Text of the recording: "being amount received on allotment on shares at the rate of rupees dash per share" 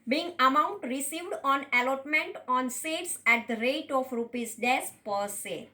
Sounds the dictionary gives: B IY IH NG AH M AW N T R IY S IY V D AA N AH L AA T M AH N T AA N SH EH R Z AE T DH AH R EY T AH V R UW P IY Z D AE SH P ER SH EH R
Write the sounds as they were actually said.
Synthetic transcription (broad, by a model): B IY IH NG AH M AW N T R IY S IY V D AA N AH L AA T M AH N T AA N S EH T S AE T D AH R EY T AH F R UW P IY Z D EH S P ER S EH